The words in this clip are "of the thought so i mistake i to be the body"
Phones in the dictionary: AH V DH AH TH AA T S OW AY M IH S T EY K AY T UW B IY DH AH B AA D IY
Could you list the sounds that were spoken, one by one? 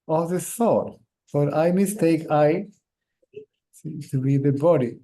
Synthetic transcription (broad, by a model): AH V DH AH S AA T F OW AY M IH S T EY K AY T UW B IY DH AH B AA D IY